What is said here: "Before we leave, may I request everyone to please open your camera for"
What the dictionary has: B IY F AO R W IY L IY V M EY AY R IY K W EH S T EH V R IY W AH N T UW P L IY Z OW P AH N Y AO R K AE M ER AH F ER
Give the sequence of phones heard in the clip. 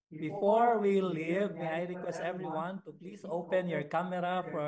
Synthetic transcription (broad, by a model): B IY F AO R W IY L IY V M EY AY R IY K W EH S T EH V R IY W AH N T UW P L IY S OW P AH N Y AO R K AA M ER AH F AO